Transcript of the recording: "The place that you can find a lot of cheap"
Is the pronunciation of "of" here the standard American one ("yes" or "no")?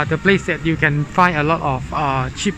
no